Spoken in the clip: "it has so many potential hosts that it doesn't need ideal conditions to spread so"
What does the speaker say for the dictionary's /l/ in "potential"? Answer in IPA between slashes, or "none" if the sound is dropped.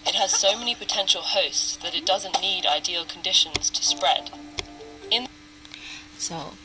/l/